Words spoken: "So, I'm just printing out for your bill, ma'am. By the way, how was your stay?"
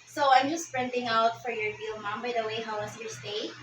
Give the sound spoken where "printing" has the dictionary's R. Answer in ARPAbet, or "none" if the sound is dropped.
R